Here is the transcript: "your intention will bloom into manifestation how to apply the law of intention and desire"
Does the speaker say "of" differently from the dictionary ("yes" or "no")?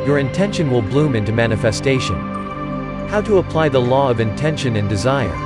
no